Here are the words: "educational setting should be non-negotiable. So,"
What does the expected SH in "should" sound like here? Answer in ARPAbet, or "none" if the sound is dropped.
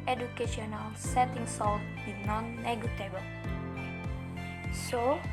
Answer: S